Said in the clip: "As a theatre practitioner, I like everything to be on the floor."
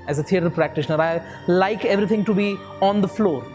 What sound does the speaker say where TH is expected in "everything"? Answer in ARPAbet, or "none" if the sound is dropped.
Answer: T